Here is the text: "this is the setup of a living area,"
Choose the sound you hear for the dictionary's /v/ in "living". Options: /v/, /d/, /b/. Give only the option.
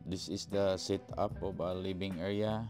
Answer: /b/